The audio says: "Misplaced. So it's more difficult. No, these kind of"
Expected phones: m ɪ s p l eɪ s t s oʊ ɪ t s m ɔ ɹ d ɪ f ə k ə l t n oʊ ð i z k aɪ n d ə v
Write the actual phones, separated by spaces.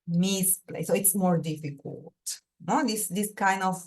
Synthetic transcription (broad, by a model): m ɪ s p l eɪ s s oʊ ɪ t s m ɔ ɹ d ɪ f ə k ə l t n oʊ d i s k aɪ n d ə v